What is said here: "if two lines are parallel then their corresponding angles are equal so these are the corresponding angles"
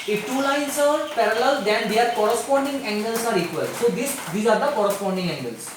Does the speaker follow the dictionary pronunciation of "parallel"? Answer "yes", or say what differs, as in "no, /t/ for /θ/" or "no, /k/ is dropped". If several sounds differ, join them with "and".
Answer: yes